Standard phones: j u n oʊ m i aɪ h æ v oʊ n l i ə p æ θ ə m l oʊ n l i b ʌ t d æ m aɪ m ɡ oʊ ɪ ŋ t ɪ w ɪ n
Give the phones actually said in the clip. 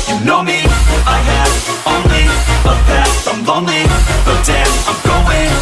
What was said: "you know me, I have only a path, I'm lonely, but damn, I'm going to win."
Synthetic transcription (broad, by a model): j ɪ n oʊ m i aɪ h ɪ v oʊ n l i ə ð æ t ə m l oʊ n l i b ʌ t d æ aɪ m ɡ oʊ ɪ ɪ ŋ